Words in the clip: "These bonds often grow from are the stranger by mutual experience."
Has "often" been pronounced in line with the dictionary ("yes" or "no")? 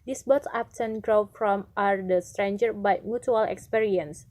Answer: no